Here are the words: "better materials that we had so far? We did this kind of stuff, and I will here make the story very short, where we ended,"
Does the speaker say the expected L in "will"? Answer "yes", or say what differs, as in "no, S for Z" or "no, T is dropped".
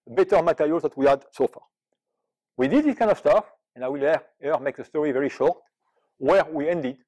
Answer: yes